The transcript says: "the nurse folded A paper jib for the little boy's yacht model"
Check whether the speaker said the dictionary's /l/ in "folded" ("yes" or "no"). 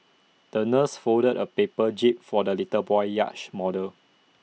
no